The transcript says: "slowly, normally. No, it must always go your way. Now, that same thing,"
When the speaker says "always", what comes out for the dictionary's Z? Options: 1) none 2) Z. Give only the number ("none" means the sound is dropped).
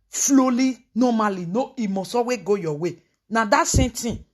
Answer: 1